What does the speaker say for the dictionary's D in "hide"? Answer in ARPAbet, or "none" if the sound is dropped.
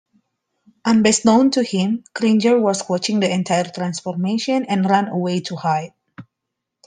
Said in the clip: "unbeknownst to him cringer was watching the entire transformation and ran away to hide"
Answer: none